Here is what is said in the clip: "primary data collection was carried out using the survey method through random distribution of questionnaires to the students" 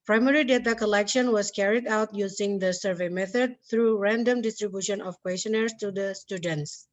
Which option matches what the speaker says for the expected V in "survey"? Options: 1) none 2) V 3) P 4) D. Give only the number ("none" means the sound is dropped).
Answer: 2